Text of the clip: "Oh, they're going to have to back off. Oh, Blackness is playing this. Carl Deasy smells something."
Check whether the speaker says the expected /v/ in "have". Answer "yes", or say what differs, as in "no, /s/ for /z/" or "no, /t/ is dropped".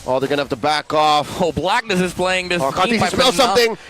no, /f/ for /v/